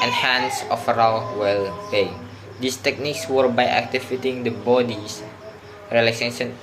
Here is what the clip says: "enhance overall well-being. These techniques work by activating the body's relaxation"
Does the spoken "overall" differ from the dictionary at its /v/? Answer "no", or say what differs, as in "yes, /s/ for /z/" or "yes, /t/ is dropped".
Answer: yes, /f/ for /v/